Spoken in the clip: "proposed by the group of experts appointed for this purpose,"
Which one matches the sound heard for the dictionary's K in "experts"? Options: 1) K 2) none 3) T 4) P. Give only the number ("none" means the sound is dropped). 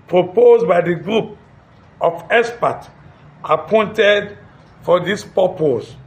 2